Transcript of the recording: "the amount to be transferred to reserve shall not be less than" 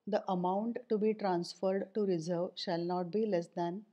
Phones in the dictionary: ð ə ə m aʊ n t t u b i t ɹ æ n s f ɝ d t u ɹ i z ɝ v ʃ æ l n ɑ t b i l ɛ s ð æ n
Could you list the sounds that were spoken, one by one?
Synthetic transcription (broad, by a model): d ə ə m aʊ n t t u b i t ɹ æ n s f ɝ d t u ɹ i z ɝ v ʃ æ l n ɑ t b i l ɛ s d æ n